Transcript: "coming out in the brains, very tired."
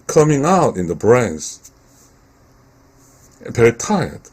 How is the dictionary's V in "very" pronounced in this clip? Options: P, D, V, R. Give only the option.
P